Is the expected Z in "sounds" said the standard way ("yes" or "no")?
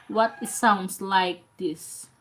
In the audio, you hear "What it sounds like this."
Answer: no